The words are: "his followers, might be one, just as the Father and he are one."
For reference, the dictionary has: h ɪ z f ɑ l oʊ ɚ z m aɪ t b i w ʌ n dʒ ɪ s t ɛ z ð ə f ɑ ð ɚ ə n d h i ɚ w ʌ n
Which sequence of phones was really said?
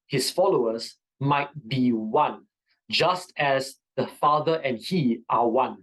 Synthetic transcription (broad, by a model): h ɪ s f ɑ l oʊ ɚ s m aɪ t b i w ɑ n dʒ ɪ s t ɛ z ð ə f ɑ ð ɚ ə n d h i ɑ w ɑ n